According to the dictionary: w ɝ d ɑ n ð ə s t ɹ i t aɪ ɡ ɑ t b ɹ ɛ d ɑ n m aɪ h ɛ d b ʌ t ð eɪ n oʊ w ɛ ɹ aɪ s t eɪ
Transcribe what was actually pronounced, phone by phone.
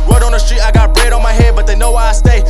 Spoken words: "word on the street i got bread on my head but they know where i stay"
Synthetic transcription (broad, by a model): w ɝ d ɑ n ð ə s t ɹ i t aɪ ɡ ɑ t b ɹ ɛ d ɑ n m aɪ h ɛ d b ʌ t ð eɪ n oʊ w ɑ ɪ aɪ s t eɪ